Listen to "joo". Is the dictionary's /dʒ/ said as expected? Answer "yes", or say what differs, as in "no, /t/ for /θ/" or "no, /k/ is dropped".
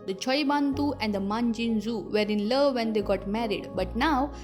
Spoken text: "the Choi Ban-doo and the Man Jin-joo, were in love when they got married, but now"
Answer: no, /z/ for /dʒ/